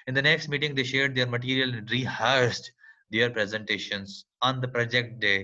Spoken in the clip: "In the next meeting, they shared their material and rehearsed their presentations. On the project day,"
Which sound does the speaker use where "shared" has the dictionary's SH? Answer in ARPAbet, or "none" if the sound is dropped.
SH